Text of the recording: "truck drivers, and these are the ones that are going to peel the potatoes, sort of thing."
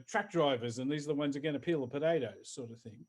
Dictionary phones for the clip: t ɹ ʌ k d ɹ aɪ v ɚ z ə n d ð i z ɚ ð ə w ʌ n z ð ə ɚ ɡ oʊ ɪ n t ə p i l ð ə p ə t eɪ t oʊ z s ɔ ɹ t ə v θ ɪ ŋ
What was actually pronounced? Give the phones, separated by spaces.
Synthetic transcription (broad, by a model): t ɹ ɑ k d ɹ aɪ v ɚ z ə n ð i z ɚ ð ə w ʌ n z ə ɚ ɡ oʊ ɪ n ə p i l ð ə p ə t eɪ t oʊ s ɔ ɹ t ə v θ ɪ ŋ